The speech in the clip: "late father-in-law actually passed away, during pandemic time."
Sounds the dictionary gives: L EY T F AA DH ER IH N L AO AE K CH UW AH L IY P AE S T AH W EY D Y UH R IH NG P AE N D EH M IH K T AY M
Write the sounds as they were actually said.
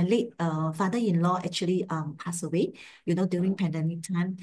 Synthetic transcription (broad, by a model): L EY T F AA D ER IH N L AO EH K CH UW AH L IY P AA S AH W EY D Y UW R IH NG P AE N D EH M IH K T AY M